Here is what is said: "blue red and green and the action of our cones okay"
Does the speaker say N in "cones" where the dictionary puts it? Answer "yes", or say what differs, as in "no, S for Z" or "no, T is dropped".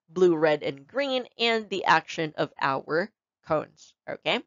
yes